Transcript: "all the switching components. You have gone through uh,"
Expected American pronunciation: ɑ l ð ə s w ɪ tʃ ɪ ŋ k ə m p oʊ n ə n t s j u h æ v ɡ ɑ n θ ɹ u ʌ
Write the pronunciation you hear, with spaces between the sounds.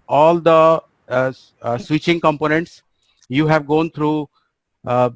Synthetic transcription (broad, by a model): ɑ l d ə s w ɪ tʃ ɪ ŋ k ə m p oʊ n ə n t s j u h æ v ɡ ɑ n t ɹ u